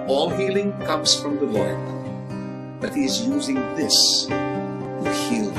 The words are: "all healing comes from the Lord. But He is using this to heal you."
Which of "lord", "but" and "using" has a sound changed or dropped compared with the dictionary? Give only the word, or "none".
none